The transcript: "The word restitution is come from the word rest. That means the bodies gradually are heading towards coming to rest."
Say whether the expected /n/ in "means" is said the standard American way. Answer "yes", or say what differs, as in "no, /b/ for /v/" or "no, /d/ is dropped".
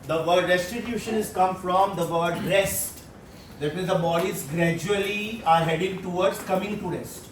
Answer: no, /n/ is dropped